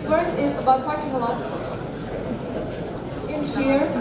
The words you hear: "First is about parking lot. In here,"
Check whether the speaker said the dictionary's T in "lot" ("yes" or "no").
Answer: no